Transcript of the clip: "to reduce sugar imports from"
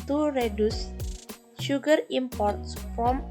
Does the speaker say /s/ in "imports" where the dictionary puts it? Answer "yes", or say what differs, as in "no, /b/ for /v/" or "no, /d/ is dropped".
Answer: yes